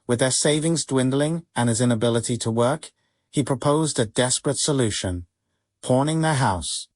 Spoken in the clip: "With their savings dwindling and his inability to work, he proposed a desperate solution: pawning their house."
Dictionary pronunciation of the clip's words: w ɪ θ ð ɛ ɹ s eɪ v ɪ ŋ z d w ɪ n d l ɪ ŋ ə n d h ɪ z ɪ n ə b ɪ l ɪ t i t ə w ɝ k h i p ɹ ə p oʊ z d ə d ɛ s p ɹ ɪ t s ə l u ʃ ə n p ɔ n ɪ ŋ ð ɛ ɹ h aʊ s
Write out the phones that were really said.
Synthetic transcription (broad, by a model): w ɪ ð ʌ ɹ s eɪ v ɪ ŋ z d w ɪ n d l ɪ ŋ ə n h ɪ z ɪ n ə b ɪ l ɪ t i t ə w ɝ k h i p ɹ ə p oʊ z d ə d ɛ s p ɹ ɪ t s ə l u ʃ ə n p ɔ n ɪ ŋ ð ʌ ɹ h aʊ s